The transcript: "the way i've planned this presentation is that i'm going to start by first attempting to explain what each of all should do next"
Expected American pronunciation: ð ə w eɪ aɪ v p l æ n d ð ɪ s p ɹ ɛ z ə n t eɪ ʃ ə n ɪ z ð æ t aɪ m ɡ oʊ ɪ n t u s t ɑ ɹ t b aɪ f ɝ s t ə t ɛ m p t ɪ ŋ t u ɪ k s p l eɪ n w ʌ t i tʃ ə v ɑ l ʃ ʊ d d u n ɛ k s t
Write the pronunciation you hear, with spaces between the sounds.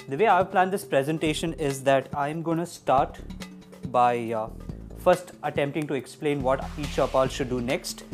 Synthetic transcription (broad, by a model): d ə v eɪ aɪ v p l æ n d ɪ s p ɹ ɛ z ə n t eɪ ʃ ə n ɪ z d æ t aɪ m ɡ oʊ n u s t ɑ ɹ t b aɪ f ɝ s t ə t ɛ m p t ɪ ŋ t u ɪ k s p l eɪ n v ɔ t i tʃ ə p ɑ l ʃ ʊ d d u n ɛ k s t